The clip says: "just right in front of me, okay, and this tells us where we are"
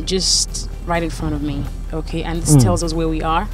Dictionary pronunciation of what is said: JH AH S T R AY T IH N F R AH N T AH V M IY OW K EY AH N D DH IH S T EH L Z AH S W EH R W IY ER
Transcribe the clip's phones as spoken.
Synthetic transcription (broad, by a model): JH AH S T R AY T IH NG F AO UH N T AH V M IY OW K EY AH N DH IH S T EH L Z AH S W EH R W IY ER